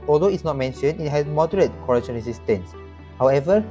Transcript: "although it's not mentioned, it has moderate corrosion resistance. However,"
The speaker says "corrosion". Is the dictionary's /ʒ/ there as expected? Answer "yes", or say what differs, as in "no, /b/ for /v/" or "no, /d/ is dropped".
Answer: no, /ʃ/ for /ʒ/